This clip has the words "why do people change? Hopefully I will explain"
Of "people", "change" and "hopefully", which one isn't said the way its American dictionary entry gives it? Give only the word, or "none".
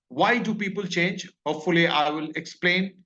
none